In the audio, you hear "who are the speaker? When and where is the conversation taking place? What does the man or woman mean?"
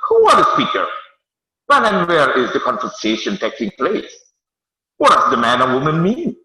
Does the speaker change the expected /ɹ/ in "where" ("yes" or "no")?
no